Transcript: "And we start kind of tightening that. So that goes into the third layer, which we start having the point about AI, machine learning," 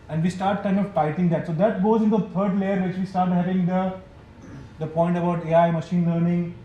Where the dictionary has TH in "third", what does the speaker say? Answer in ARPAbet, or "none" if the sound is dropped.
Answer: T